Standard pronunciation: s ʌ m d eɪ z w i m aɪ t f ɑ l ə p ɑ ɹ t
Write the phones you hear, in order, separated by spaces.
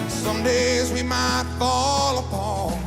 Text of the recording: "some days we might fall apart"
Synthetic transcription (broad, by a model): s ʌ m d eɪ z w i m aɪ t f ɑ l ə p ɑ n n